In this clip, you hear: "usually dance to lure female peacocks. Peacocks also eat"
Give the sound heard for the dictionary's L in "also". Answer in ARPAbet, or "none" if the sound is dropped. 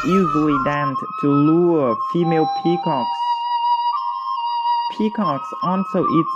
N